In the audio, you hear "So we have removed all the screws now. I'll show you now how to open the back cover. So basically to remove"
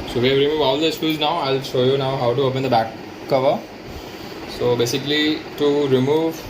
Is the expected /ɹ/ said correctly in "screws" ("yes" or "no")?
no